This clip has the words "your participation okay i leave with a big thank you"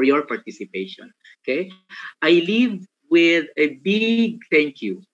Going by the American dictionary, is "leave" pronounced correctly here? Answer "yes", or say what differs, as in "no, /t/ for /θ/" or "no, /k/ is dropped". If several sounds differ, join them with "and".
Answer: yes